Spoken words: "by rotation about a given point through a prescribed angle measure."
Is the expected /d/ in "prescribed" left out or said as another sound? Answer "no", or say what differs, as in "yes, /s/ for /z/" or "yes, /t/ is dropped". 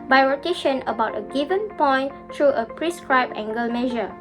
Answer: yes, /d/ is dropped